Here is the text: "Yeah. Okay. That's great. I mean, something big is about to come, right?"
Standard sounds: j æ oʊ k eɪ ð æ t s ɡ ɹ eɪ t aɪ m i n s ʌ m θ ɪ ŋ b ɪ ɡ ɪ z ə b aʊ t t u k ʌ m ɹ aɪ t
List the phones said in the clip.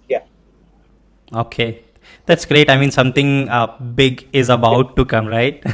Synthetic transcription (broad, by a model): j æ oʊ k eɪ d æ t s ɡ ɹ eɪ t aɪ m i n s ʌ m t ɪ ŋ b ɪ ɡ ɪ z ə b aʊ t t u k ʌ m ɹ aɪ t